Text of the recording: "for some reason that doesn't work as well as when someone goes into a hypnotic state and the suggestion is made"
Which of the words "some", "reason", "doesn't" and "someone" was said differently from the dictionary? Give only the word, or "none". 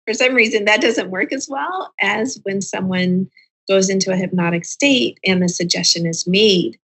none